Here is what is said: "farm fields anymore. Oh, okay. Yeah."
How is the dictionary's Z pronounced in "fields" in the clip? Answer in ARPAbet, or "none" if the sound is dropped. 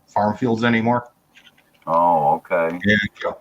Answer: Z